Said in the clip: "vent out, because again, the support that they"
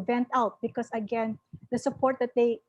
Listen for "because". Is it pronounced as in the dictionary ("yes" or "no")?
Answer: no